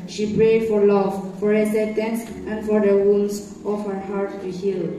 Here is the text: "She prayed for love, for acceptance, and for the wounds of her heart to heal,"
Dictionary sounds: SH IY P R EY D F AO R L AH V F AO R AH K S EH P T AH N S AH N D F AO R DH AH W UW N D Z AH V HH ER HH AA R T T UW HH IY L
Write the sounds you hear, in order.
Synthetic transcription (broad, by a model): SH IY P R EY D F AO R L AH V F AO R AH S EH T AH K S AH N F AO R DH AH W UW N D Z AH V HH ER HH AA R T T UW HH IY L